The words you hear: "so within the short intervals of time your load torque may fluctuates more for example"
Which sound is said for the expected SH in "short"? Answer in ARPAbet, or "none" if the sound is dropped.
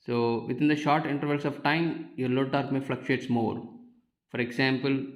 SH